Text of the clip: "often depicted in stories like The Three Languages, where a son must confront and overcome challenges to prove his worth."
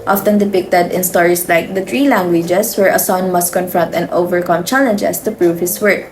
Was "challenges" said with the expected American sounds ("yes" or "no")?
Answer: no